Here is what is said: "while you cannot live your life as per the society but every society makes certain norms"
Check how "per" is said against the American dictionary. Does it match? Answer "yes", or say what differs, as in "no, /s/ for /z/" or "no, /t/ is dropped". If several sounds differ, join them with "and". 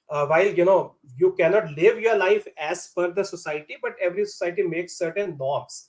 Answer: no, /f/ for /p/